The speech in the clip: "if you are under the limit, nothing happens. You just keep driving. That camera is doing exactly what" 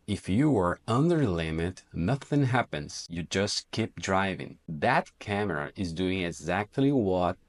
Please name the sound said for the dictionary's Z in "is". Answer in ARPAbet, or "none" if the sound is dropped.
Z